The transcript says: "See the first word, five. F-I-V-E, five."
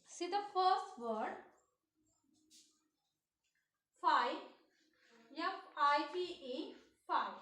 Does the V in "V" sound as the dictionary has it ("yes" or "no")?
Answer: no